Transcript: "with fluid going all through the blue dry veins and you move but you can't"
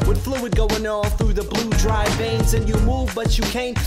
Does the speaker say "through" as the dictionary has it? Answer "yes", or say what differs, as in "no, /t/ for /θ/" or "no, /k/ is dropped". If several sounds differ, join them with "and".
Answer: yes